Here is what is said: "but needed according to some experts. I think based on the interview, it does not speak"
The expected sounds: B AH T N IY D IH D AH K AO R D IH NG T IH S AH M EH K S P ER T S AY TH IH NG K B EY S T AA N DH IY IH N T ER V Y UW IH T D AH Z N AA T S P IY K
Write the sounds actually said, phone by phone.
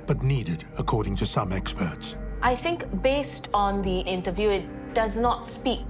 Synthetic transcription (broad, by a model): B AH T N IY D IH D AH K AO R D IH NG T IH S AH M EH K S P ER T S AY TH IH NG K B EY S T AA N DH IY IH N T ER V Y UW IH T D AH Z N AA T S P IY K